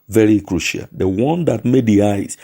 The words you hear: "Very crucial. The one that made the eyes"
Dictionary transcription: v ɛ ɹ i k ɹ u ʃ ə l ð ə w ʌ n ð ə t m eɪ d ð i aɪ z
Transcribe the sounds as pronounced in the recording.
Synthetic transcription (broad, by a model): v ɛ ɹ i k ɹ u ʃ ə l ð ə w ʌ n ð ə t m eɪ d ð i aɪ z